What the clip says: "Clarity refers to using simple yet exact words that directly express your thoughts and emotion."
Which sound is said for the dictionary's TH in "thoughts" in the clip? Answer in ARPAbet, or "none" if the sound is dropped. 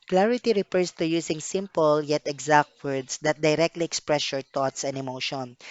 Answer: T